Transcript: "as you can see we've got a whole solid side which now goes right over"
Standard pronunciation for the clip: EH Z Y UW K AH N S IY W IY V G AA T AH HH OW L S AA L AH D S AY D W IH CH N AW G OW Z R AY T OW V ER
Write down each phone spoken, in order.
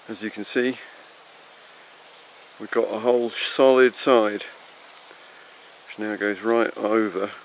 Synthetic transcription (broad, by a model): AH Z Y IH K AH N S IY W IY V G AA T AH HH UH L S AA L AH D S AY D W IH CH N AW G OW Z R AY T OW V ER